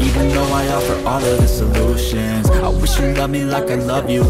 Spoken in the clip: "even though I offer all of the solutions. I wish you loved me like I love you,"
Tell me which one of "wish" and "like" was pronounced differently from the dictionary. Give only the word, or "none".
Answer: none